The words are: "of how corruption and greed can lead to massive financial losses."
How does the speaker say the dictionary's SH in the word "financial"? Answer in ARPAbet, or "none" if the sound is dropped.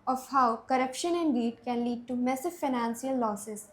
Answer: S